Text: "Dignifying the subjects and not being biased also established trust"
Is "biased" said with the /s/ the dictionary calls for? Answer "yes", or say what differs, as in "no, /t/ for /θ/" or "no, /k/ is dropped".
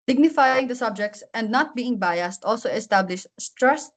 yes